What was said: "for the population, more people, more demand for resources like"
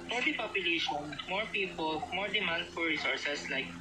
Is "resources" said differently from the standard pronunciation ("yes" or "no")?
yes